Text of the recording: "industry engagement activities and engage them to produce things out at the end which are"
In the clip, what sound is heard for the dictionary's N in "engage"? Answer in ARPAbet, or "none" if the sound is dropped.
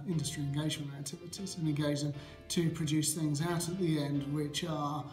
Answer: none